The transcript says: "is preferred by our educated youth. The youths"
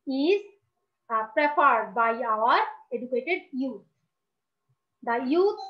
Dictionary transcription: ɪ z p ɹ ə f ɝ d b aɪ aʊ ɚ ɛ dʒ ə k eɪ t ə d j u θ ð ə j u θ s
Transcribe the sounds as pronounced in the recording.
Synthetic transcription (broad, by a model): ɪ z p ɹ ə p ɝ d b aɪ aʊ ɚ ɛ dʒ ə k eɪ t ə d j u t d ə j u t